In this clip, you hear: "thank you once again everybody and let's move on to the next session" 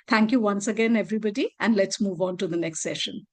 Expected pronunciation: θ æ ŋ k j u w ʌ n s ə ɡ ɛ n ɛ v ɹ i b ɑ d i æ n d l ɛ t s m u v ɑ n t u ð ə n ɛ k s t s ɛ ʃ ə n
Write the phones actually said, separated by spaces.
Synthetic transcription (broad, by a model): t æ ŋ k j u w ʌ n s ə ɡ ɛ n ɛ v ɹ i b ɑ d i æ n d l ɛ t s m u v ɑ n t u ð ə n ɛ k s t s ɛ ʃ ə n